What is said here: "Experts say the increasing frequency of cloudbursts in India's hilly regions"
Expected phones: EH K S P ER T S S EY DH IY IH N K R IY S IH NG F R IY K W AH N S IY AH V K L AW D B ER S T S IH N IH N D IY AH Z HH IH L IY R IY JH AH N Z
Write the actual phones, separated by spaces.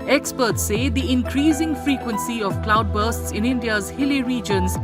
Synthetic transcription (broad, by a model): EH K S P ER T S S EY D IY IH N K R IY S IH NG F R IY K W AH N S IY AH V K L AW D B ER S T S IH N IH N D IY AH Z HH IH L IY R IY JH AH N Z